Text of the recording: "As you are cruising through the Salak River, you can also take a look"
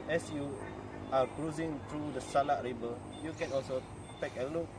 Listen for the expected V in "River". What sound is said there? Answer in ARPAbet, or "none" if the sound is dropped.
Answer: B